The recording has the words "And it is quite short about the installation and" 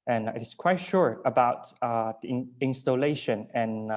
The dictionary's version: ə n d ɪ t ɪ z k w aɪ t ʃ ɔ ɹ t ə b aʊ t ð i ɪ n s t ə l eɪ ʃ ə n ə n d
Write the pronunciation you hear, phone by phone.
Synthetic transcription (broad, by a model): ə n ɪ t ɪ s k w aɪ t ʃ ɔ ɹ ə b aʊ t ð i ɪ n s t ə l eɪ ʃ ə n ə n